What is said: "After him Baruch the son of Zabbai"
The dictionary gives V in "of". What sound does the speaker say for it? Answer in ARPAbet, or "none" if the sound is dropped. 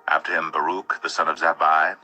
V